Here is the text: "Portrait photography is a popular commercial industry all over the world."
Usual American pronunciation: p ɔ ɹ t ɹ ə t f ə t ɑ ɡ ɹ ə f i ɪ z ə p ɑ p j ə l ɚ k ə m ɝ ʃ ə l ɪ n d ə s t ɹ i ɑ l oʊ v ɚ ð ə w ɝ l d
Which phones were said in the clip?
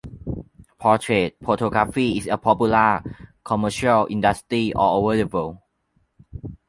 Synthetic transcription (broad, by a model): p ɔ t ɹ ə t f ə t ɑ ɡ ɹ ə f i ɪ s ə p ɑ p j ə l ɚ k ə m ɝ ʃ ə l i n d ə s t ɹ i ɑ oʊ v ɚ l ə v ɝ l